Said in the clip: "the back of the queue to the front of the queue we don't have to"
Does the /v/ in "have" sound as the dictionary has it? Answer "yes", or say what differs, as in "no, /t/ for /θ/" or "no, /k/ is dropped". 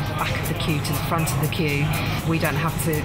no, /f/ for /v/